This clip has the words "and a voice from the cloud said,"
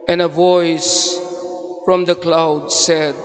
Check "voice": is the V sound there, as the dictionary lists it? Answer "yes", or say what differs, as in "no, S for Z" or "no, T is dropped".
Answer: yes